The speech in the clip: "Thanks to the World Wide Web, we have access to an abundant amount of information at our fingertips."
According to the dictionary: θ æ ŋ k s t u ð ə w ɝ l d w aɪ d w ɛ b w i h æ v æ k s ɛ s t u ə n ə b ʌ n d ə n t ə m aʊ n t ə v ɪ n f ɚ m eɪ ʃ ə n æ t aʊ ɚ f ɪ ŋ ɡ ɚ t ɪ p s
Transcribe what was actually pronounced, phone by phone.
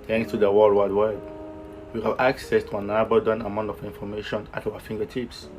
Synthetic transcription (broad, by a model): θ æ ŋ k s t u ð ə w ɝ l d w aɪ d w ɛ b w i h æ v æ k s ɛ s t u ə n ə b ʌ d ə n ə m aʊ n t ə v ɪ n f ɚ m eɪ ʃ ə n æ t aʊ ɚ f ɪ ŋ ɡ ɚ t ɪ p s